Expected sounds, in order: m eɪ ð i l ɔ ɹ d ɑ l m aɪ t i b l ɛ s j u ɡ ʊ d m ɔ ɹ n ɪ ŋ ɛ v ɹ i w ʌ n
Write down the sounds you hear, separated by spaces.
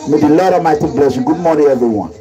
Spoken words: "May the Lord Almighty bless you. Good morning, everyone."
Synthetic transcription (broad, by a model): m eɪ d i l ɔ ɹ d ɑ m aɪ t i b l ɛ s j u ɡ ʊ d m ɔ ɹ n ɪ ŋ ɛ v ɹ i w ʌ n